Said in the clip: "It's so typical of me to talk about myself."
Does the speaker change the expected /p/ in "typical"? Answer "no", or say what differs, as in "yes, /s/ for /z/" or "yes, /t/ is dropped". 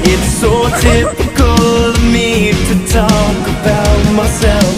yes, /f/ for /p/